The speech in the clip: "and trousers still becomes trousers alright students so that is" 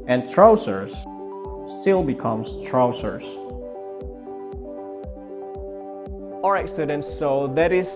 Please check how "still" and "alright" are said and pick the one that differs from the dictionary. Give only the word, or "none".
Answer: alright